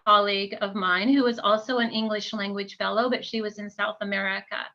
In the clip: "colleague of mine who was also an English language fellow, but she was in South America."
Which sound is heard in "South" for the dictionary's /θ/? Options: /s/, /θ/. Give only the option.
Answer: /θ/